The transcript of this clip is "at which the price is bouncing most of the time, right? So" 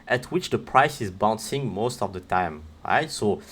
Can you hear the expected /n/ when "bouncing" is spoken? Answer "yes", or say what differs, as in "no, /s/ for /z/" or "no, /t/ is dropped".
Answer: yes